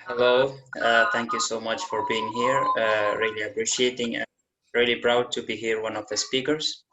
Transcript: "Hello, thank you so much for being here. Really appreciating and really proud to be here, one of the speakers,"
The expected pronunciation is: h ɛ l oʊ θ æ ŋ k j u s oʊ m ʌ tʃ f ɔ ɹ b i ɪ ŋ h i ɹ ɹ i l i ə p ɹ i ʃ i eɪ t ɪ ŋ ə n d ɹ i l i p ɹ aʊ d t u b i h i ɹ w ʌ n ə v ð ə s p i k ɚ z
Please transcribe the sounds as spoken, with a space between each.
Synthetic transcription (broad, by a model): h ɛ l oʊ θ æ ŋ k j u s oʊ m ʌ tʃ f ɔ ɹ b i ɪ ŋ h i ɹ ɹ i l i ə p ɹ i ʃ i eɪ t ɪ ŋ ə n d ɹ i l i b ɹ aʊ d t u b i h i ɹ w ʌ n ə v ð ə s p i k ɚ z